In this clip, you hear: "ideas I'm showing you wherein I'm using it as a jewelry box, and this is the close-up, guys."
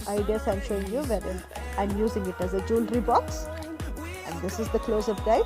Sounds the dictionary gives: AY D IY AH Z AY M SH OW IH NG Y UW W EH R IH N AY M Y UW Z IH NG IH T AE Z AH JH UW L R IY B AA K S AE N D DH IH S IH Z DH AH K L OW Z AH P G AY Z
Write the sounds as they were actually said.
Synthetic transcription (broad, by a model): AY D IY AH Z AY M SH OW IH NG Y UW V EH R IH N AY M Y UW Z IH NG IH T AE Z AH JH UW L R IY B AA K S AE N D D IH S IH Z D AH K L OW Z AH F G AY